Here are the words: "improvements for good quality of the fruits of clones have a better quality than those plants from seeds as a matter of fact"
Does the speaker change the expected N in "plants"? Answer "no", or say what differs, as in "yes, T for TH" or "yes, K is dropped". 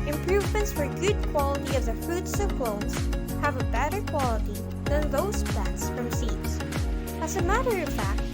yes, N is dropped